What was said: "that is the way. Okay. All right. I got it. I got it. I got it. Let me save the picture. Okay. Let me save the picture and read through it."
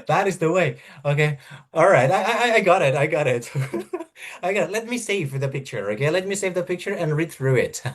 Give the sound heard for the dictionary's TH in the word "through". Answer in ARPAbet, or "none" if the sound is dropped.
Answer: TH